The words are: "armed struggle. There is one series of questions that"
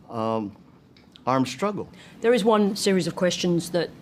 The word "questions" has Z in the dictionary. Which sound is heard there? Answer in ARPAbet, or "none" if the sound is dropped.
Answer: Z